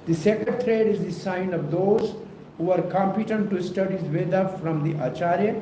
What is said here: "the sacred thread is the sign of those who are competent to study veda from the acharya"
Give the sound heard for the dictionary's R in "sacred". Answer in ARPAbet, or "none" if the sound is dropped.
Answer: none